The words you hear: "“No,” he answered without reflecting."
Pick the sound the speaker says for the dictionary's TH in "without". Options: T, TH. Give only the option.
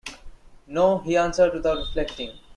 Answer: T